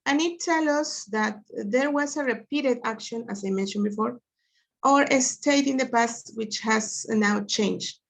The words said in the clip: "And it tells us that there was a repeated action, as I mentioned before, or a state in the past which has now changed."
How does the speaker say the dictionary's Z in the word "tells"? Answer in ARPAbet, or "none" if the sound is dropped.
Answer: none